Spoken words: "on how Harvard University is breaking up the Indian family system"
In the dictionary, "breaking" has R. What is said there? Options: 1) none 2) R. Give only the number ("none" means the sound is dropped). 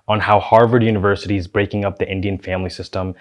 2